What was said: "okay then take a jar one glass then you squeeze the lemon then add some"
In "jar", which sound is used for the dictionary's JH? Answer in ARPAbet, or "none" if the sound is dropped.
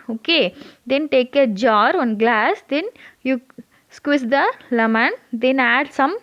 JH